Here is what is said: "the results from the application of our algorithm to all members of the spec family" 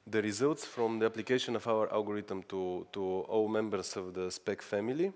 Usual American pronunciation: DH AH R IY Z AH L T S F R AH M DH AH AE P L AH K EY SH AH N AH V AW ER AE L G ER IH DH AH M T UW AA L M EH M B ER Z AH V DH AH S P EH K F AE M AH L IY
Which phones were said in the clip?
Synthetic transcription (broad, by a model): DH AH R IY Z AH L T S F R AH M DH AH AE P L AH K EY SH AH N AH V AW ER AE L G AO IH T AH M T UW AA L M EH M B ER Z AH V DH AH S P EH K F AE M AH L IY